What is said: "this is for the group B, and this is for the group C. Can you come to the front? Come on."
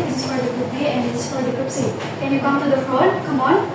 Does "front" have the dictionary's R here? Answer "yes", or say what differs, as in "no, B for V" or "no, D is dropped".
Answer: no, R is dropped